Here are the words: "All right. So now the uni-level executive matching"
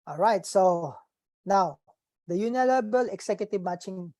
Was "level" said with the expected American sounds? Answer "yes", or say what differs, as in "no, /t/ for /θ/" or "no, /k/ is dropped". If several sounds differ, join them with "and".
no, /b/ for /v/